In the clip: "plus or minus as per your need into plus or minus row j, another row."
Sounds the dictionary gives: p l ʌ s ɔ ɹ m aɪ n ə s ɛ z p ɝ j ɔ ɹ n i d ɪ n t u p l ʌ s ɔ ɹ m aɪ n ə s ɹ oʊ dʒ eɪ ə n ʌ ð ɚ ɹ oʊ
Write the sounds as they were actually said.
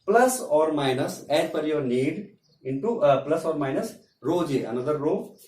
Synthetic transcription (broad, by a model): p l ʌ s ɔ ɹ m aɪ n ə s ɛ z f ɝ j ɔ ɹ n i d ɪ n t u p l ʌ s ɔ ɹ m aɪ n ə s ɹ oʊ dʒ eɪ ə n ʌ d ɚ ɹ oʊ